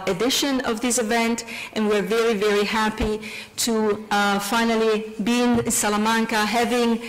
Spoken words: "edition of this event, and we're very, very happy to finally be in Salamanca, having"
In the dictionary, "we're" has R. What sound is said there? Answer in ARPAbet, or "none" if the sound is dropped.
R